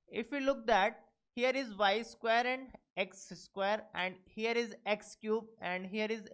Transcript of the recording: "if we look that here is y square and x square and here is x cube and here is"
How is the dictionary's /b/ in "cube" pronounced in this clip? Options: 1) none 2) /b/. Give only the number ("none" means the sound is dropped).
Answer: 2